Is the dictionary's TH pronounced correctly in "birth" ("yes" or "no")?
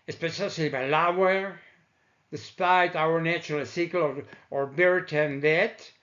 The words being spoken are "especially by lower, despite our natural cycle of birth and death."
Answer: no